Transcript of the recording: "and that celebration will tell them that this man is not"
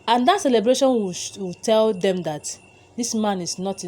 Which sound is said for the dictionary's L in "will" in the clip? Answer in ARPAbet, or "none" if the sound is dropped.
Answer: W